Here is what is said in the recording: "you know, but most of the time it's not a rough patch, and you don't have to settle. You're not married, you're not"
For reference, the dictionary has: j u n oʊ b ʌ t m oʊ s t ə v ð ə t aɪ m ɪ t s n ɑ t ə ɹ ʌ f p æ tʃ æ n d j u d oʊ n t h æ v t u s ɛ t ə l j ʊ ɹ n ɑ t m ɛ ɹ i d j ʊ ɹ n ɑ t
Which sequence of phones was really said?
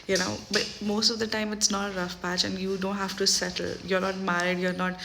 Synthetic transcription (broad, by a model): j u n oʊ b ʌ t m oʊ s t ə v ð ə t aɪ m ɪ t s n ɑ t ɹ ʌ f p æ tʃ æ n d j u d oʊ n t h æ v t u s ɛ t ə l j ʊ ɹ n ɑ t m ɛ ɹ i d j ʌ ɹ n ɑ t